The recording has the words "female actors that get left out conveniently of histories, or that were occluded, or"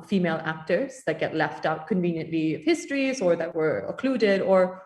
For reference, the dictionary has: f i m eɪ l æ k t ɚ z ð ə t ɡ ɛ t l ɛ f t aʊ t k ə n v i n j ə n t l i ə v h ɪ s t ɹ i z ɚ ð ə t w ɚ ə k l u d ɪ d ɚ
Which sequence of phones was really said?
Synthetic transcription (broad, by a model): f i m eɪ l æ k t ɚ z ð ə t ɡ ɛ t l ɛ f t aʊ t k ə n v i n j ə n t l i ə v h ɪ s t ɹ i z ɚ ð ə t w ɚ ə k l u d ɪ d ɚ